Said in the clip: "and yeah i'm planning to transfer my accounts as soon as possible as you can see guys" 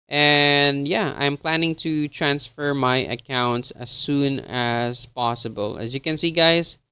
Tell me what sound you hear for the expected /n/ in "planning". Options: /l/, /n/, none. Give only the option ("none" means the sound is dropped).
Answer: /n/